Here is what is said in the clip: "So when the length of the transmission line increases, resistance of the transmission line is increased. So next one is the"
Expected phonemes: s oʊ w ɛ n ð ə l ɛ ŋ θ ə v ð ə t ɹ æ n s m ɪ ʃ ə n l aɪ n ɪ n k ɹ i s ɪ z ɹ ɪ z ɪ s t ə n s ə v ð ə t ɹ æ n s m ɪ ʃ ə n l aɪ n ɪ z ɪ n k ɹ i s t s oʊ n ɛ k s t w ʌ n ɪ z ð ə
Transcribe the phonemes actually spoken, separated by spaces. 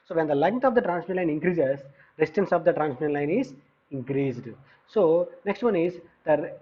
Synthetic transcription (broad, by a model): s oʊ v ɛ n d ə l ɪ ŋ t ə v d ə t ɹ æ n s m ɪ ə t l aɪ n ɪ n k ɹ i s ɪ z ɹ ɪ s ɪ t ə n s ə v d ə t ɹ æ n s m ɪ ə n l aɪ n ɪ z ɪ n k ɹ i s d s oʊ n ɛ k s t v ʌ n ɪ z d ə